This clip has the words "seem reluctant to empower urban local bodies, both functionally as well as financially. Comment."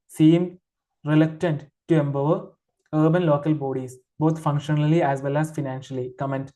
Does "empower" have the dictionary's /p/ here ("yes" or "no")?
no